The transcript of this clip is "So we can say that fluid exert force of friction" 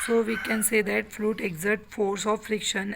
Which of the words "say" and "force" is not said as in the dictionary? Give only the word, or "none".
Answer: none